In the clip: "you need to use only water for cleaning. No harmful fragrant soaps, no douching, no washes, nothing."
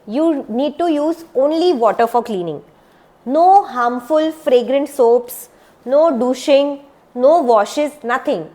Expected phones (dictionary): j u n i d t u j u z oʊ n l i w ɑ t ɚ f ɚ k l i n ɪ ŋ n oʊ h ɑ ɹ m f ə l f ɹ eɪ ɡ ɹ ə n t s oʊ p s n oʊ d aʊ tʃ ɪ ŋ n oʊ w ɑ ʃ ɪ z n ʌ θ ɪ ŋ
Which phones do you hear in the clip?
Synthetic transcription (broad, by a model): j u n i d t u j u z oʊ n l i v ɑ t ɚ f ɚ k l i n ɪ ŋ n oʊ h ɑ m f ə l f ɹ eɪ ɡ ɹ ə n t s oʊ p s n oʊ d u ʃ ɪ ŋ n oʊ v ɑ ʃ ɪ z n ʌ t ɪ ŋ